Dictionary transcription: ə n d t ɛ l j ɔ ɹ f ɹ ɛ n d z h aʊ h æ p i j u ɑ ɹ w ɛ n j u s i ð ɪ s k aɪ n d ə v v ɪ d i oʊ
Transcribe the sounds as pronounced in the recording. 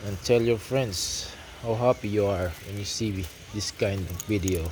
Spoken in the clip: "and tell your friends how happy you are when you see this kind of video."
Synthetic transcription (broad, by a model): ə n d t ɛ l j ɔ ɹ f ɹ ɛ n d s h aʊ h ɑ p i j u ɑ ɹ w ɛ n j u s i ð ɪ s k aɪ n d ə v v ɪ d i oʊ